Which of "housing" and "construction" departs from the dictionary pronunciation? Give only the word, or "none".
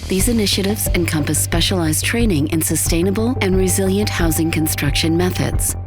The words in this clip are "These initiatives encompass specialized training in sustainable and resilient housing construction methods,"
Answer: none